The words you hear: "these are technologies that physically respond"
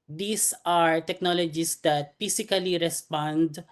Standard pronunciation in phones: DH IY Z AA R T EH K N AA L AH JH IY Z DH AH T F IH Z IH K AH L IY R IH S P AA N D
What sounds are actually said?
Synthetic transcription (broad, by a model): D IY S AA R T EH K N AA L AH JH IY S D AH T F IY S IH K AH L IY R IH S P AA N D